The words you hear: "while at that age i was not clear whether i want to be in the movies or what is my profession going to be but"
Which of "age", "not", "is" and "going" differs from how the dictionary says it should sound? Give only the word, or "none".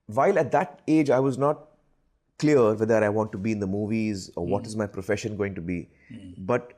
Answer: none